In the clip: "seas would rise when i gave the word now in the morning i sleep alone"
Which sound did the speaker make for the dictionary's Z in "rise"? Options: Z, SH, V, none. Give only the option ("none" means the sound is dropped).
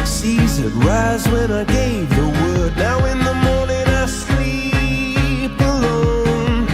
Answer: Z